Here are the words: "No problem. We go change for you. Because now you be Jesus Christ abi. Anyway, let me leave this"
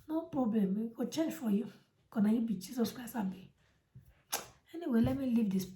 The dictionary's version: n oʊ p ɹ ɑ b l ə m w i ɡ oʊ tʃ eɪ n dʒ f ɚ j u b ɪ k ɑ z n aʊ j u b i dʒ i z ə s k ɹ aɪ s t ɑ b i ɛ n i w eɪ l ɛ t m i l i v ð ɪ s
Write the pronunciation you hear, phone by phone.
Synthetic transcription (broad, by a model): n oʊ p ɹ ɑ b l ə m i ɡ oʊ tʃ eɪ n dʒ f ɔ j u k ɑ n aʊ j u b i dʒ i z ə s k ɹ aɪ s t ɑ b i ɛ n i w eɪ l ɛ t m i l i v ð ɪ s